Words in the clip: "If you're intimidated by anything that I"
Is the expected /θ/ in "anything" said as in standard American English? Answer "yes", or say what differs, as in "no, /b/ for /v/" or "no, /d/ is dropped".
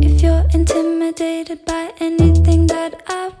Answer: yes